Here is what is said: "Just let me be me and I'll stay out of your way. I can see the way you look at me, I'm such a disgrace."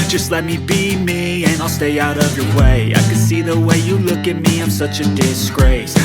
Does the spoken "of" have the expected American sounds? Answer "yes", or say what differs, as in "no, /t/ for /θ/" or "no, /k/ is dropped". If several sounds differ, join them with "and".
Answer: yes